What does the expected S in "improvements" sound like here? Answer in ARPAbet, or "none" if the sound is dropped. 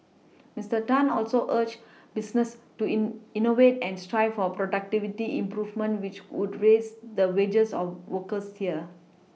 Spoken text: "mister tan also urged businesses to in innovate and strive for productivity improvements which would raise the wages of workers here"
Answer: none